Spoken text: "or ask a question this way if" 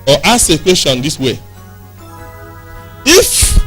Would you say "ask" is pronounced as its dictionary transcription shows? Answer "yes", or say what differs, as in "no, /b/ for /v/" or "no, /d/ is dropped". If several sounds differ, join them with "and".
no, /k/ is dropped